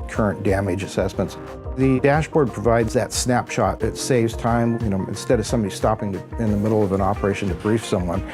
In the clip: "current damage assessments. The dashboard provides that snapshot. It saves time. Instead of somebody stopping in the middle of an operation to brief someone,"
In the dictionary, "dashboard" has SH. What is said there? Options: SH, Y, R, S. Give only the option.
SH